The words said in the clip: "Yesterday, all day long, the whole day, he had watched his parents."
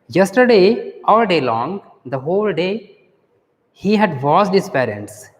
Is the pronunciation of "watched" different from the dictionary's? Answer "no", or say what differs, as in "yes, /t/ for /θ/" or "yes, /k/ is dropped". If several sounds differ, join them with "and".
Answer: yes, /s/ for /tʃ/